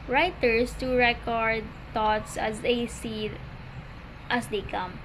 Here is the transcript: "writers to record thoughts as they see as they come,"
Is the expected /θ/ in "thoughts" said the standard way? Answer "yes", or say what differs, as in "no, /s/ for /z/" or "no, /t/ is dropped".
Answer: no, /t/ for /θ/